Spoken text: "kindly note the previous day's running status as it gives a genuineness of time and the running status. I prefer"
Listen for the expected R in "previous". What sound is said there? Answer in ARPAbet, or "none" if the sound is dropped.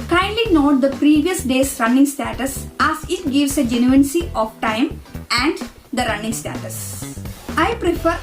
R